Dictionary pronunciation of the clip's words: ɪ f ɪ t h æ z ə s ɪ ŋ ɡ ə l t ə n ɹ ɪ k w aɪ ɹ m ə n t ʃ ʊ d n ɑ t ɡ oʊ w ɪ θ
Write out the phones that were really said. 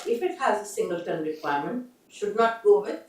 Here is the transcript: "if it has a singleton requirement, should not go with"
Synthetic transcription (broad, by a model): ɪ f ɪ t h æ z ə s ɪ ŋ ɡ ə l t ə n ɹ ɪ k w aɪ ɹ m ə n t ʃ ʊ d n ɑ t ɡ oʊ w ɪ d